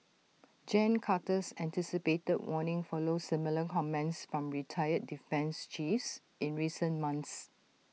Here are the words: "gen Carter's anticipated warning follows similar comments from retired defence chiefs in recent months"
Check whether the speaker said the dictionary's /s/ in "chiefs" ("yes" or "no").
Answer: yes